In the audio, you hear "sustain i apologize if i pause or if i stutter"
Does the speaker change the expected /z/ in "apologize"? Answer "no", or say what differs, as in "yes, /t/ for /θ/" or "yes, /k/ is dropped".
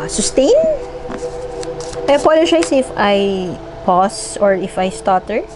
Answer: yes, /s/ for /z/